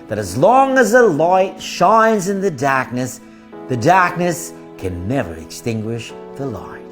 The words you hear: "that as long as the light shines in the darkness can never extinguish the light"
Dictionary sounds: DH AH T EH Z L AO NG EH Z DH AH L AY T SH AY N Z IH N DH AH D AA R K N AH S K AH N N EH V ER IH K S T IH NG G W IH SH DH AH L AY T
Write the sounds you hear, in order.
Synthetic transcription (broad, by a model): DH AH T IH Z L AO NG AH Z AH L AY T SH AY N Z IH N DH AH D AA R K N AH S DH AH N N EH V ER IH K S T IH NG G W IH SH DH AH L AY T